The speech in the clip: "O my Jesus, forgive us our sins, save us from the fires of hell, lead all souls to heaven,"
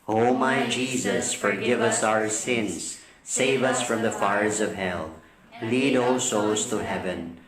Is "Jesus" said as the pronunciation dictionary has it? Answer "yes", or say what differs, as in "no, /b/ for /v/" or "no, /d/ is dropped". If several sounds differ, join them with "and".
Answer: yes